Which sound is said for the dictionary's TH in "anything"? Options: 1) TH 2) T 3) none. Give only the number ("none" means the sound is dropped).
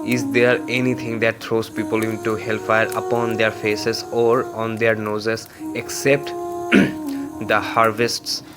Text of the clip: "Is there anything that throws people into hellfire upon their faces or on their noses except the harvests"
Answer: 2